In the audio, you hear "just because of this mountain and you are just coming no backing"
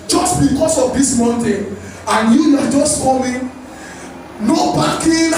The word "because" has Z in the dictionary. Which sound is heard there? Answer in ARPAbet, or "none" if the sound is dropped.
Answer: S